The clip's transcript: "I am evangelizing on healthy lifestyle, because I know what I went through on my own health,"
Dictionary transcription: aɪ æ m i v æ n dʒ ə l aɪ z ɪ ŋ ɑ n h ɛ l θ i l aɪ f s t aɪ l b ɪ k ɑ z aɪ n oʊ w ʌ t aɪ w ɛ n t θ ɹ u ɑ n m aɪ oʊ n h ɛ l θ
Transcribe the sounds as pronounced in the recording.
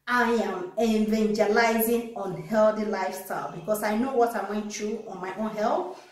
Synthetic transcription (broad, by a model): aɪ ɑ m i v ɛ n dʒ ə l aɪ z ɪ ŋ ɑ n h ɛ l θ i l aɪ f s t aɪ l b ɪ k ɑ s aɪ n oʊ w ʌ t aɪ w ɛ n t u ɑ n m aɪ oʊ n h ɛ l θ